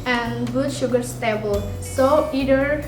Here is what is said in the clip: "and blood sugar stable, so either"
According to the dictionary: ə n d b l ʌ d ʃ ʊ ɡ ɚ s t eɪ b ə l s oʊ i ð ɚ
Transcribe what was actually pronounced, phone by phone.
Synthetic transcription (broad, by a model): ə n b u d ʃ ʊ ɡ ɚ s t eɪ b ə l s oʊ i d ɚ